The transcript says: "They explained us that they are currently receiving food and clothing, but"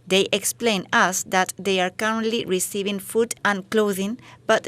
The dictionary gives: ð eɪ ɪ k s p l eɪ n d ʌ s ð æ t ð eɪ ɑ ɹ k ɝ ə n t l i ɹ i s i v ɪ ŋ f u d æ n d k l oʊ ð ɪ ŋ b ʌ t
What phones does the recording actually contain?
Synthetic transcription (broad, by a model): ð eɪ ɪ k s p l eɪ n ʌ s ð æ t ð eɪ ɑ ɹ k ɝ ə n t l i ɹ i s i v ɪ ŋ f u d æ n k l oʊ ð ɪ ŋ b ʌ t